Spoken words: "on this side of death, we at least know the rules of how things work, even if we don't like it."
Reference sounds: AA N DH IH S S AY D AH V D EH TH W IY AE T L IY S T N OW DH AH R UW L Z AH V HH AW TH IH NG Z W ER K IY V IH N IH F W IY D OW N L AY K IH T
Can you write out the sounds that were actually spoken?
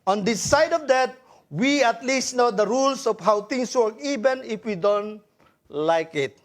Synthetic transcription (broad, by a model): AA N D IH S S AY D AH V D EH T W IY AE T L IY S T N OW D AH R UW L S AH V HH AW T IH NG S W ER K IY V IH N IH F W IY D OW N L AY K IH T